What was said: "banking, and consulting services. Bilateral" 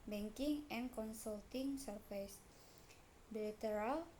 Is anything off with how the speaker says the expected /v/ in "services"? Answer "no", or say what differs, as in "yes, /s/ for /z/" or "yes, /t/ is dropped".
yes, /f/ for /v/